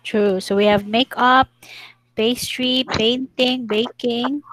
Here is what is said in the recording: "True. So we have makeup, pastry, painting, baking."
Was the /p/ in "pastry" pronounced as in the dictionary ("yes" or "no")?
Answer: no